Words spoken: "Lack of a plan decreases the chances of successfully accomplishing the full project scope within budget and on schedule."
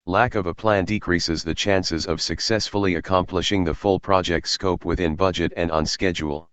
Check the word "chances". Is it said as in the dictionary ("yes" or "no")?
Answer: yes